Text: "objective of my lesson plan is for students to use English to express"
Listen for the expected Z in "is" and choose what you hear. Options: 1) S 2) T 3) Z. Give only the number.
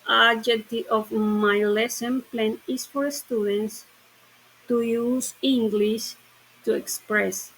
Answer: 1